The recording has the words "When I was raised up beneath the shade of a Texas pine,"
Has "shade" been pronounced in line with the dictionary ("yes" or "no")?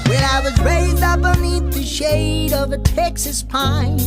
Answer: yes